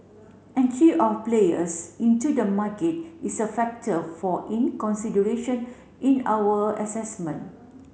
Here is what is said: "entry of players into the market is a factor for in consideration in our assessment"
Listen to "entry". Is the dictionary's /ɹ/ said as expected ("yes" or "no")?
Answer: no